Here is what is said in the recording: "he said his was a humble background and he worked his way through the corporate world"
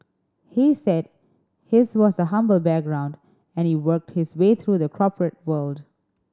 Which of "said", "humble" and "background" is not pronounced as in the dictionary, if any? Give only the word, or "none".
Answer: none